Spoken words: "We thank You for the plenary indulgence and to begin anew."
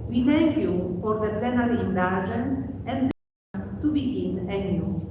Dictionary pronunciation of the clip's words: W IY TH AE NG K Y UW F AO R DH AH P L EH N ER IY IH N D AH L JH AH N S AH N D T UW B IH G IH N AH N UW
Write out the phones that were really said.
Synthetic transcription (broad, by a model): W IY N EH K Y UW F AO R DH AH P EH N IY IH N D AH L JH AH N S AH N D T UW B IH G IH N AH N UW